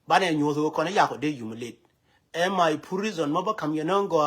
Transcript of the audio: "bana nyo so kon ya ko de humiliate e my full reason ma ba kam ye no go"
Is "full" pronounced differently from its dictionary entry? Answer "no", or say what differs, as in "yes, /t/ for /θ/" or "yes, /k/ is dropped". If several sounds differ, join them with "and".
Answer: yes, /p/ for /f/